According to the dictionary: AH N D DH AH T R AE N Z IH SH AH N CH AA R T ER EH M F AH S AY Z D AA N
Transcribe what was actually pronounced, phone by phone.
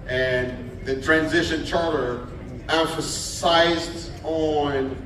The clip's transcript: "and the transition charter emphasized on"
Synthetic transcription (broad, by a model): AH N DH AH T R AE N Z IH SH AH N CH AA R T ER EH M F AH S AY Z D N